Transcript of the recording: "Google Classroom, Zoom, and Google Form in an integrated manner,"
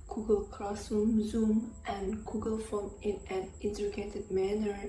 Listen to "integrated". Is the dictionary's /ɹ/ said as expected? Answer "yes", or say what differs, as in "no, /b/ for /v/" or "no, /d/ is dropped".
no, /ɹ/ is dropped